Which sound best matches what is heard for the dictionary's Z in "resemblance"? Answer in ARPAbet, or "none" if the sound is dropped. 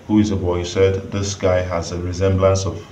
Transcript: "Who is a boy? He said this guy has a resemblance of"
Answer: Z